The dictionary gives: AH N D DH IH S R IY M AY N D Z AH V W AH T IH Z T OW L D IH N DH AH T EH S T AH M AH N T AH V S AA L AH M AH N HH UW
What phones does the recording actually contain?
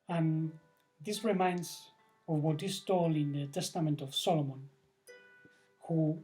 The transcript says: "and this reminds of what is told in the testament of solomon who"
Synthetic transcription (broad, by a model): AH N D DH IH S R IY M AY N D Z AH V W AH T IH S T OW L IH N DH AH T EH S T AH M AH N T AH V S AA L AH M AH N HH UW